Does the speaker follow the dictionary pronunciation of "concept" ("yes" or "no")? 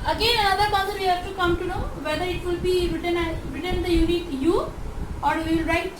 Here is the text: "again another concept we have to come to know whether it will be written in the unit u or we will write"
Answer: no